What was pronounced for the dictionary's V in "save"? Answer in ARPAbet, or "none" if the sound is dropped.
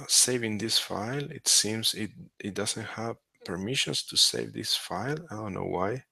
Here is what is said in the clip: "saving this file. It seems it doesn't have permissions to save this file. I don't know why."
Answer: V